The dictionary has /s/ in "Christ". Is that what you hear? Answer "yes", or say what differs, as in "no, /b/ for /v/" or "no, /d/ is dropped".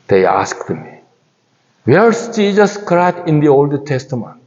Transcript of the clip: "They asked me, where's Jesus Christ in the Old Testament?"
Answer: no, /s/ is dropped